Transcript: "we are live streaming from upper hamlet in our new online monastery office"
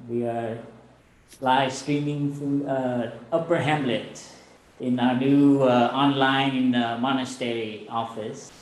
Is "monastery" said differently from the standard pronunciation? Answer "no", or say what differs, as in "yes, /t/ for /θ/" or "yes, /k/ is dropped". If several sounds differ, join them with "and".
no